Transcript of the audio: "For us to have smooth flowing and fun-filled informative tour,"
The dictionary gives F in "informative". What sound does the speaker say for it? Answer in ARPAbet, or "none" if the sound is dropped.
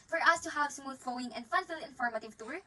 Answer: F